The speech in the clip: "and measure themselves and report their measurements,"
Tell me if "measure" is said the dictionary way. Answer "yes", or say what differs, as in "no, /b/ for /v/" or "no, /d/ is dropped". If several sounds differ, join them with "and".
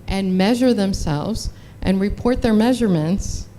yes